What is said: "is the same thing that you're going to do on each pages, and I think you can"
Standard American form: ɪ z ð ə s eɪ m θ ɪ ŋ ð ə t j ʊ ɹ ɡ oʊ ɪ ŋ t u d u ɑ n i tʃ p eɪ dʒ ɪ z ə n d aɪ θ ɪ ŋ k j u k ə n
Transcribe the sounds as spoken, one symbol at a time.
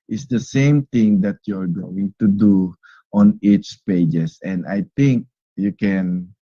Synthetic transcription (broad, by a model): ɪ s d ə s eɪ m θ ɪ ŋ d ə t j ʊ ɹ ɡ oʊ ɪ ŋ t u d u ɑ n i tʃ p eɪ dʒ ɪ s ə n d aɪ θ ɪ ŋ k j u k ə n